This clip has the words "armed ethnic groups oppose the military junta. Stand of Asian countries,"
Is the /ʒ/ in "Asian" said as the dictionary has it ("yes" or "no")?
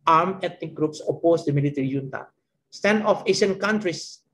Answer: no